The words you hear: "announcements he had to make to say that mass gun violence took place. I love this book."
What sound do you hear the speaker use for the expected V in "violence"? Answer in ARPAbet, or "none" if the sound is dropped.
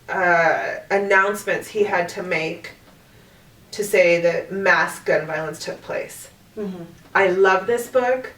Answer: V